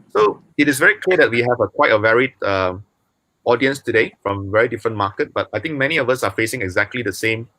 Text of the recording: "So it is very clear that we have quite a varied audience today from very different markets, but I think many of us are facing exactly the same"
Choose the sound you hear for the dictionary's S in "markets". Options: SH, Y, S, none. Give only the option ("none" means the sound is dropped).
none